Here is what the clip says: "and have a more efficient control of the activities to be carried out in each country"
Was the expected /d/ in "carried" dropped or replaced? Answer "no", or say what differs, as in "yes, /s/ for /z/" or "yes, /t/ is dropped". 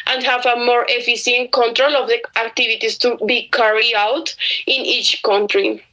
yes, /d/ is dropped